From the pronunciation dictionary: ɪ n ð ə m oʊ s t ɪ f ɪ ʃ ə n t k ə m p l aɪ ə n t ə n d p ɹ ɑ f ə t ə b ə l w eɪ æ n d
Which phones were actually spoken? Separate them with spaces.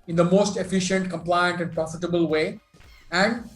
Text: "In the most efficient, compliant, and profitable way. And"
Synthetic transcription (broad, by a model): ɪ n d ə m oʊ s t ɪ f ɪ ʃ ə n t k ə m p l aɪ ə n t ə n d p ɹ ɑ f ə t ə b ə l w eɪ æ n d